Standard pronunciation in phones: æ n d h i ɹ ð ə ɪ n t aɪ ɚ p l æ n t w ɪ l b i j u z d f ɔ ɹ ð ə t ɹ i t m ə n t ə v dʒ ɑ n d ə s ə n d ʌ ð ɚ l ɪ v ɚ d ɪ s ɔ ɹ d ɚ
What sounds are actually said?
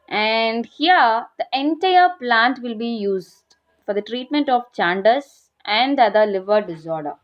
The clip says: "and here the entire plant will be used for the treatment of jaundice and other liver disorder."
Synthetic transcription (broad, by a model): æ n d h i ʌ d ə ɪ n t aɪ ɚ p l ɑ n t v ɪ l b i j u z d f ɔ ɹ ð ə t ɹ i t m ə n t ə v tʃ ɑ n d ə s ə n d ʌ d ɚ l ɪ v ɚ d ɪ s ɔ ɹ d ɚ